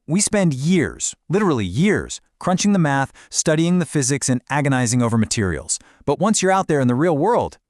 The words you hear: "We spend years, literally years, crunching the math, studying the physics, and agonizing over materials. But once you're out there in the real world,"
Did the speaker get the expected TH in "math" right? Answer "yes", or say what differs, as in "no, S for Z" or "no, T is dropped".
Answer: yes